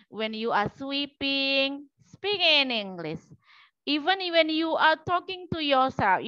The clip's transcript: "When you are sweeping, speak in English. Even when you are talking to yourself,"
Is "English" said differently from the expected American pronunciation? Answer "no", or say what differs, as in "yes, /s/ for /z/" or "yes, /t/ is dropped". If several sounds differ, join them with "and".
yes, /s/ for /ʃ/